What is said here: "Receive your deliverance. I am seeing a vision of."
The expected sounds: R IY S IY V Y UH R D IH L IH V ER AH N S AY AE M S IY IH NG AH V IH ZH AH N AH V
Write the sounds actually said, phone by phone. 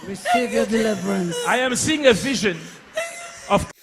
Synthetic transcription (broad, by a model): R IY S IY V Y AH D IH L IH V ER AH N S AY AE M S IY IH NG AH V IH ZH AH N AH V